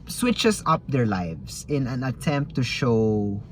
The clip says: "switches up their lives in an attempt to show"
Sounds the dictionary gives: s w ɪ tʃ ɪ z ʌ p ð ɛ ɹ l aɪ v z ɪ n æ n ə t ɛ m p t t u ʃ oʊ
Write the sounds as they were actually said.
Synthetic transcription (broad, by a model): s w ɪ tʃ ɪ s ʌ p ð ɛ ɹ l aɪ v s ɪ n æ n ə t ɛ m p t t u ʃ oʊ